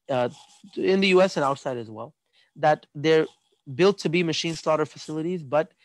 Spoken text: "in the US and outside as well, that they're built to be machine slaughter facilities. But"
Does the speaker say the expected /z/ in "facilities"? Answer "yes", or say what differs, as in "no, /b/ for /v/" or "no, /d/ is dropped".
yes